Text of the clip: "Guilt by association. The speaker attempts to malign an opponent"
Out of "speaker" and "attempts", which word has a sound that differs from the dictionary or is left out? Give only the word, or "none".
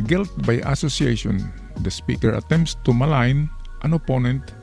none